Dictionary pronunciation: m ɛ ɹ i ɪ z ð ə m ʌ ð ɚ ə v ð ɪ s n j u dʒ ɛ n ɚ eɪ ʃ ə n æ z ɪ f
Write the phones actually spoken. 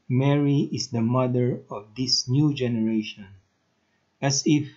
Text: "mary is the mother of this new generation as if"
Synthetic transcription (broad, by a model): m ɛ ɹ i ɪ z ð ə m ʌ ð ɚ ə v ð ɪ s n j u dʒ ɛ n ɚ eɪ ʃ ə n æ s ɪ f